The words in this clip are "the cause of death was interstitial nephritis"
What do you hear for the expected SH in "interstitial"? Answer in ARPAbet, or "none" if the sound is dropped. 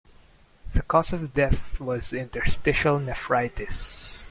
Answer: SH